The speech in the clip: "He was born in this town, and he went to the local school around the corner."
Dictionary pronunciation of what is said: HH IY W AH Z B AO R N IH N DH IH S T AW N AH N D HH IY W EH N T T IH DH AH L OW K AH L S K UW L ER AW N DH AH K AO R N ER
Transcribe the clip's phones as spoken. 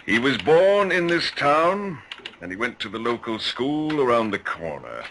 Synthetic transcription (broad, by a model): HH IY W AH Z B AO R N IH N DH IH S T AW N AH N IY W EH N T T IH DH AH L OW K AH L S K UW L ER AW N DH AH K AO R N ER